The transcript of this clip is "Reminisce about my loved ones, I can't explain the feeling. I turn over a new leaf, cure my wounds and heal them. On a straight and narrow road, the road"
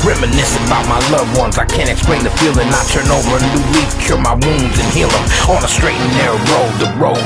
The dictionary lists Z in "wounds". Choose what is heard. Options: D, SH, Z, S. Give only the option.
Z